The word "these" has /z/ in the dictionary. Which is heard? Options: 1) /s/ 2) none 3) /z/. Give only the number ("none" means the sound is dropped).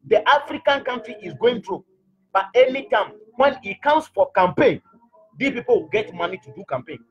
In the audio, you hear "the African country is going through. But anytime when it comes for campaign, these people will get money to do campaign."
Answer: 2